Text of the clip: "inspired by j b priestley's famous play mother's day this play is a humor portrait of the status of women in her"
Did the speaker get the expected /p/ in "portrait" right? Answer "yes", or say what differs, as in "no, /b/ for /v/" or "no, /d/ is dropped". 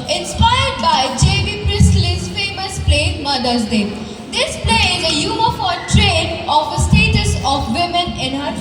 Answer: no, /f/ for /p/